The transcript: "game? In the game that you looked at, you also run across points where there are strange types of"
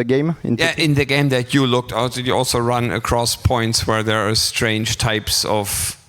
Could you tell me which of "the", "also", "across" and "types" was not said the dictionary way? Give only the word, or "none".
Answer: none